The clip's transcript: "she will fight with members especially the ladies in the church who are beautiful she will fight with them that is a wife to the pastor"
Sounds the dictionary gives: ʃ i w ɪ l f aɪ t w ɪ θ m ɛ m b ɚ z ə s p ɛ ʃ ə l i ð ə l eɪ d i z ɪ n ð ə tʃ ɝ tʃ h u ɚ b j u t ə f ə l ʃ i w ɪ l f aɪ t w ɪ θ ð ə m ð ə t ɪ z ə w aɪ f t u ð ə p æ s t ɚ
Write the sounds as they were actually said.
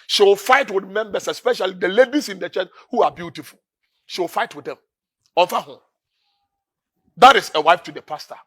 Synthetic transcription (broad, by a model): ʃ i w ɪ l f aɪ t w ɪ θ m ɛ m b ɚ s ə s p ɛ ʃ ə l i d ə l eɪ d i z ɪ n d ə tʃ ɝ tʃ h u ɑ b j u t ə f ə l ʃ i w ɪ l f aɪ t w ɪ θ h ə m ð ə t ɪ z ə w aɪ f t u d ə p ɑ s t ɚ